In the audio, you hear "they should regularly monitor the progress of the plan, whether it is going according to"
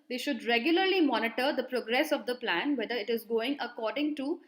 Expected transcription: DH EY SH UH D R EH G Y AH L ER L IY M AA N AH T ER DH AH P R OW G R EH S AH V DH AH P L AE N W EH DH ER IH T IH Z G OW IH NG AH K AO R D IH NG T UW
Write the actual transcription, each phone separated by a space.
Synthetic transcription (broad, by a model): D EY SH UH D R EH G Y AH L ER L IY M AA N AH T ER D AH P R OW G R EH S AH V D AH P L AE N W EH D ER IH T IH Z G OW IH NG AH K AO R D IH NG T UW